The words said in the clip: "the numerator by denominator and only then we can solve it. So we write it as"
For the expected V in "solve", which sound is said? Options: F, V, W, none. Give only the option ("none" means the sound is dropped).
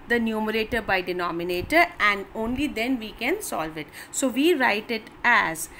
V